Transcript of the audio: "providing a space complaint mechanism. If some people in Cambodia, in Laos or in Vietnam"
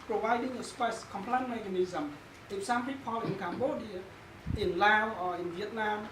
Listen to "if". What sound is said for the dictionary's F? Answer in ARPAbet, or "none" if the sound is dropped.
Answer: P